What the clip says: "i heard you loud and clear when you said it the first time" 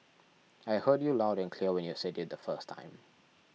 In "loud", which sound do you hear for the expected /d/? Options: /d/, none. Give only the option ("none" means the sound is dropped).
/d/